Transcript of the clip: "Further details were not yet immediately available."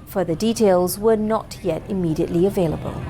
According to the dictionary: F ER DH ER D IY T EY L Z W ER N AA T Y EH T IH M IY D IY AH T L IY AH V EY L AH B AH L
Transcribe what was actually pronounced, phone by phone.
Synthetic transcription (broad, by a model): F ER DH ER D IY T EY L Z W ER N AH T Y EH T IH M IY D IY AH T L IY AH V EY L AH B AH L